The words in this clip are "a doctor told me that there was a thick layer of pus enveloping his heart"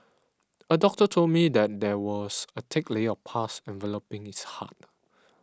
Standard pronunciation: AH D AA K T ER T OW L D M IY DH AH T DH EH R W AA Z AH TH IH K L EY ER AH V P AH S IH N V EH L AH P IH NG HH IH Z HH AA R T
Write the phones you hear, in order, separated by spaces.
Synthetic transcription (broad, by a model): AH D AA K T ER T OW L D M IY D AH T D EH W AA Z AH T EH K L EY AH F P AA S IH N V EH L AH P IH NG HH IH S HH AA T